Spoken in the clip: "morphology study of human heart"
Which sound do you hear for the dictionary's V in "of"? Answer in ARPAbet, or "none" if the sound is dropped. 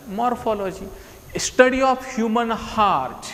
P